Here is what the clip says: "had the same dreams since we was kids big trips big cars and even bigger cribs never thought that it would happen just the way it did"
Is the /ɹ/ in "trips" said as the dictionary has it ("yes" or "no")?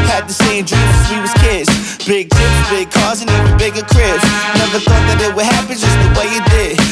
no